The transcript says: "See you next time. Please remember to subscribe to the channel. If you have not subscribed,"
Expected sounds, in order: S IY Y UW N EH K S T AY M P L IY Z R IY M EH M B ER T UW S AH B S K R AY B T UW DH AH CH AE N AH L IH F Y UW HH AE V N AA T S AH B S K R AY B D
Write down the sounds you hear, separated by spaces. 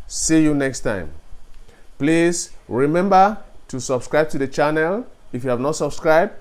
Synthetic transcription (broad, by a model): S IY Y UW N EH K S T AY M P L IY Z R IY M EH M B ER T UW S AH B S K R AY B T UW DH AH CH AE N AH L IH F Y UW HH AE V N AA T S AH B S K R AY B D